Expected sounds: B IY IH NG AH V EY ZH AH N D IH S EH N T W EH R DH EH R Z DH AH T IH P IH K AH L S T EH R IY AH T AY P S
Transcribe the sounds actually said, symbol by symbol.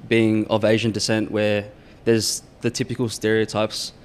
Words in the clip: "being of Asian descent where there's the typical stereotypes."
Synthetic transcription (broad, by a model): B IY IH NG AH V EY ZH AH N D IH S EH N T W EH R DH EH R Z DH AH T IH P IH K AH L S T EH R IY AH T AY P S